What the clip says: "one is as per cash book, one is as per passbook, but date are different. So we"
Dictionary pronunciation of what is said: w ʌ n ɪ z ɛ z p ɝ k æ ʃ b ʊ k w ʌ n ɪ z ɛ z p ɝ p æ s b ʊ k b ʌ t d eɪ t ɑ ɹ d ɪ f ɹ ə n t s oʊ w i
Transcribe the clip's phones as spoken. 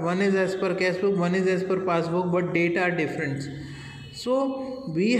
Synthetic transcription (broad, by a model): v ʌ n ɪ z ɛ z p ɝ k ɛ s b ʊ k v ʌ n ɪ z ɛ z p ɝ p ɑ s b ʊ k b ʌ t d eɪ t ɑ ɹ d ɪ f ɹ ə n t s oʊ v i